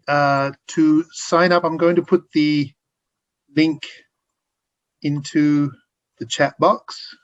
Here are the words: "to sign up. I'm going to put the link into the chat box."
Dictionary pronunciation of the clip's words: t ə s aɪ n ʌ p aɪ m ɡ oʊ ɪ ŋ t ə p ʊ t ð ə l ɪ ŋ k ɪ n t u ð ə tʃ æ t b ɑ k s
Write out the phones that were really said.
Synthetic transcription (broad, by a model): t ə s aɪ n ʌ p aɪ m ɡ oʊ ɪ ŋ t ə p ʊ t ð ə l ɪ ŋ k ɪ n t u ð ə tʃ æ t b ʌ k s